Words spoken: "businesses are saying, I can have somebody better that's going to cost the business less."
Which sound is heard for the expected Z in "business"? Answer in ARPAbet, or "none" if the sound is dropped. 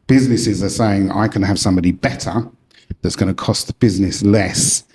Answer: Z